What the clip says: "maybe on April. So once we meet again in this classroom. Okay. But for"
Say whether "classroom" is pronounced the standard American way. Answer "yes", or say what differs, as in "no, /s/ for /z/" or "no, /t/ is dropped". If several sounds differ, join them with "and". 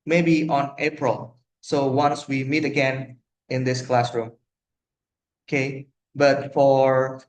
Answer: yes